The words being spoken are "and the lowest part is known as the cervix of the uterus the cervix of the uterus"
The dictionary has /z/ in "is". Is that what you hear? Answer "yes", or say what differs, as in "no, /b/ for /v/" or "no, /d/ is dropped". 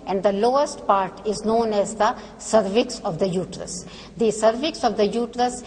yes